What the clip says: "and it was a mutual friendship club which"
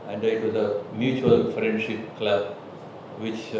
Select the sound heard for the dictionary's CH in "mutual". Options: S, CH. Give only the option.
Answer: CH